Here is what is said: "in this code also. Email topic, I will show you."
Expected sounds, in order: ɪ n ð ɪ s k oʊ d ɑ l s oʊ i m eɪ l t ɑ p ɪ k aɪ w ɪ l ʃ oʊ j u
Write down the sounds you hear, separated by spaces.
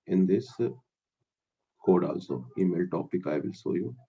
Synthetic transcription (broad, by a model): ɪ n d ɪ s k oʊ d ɑ l s oʊ i m eɪ l t ɑ p ɪ k aɪ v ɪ l s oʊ j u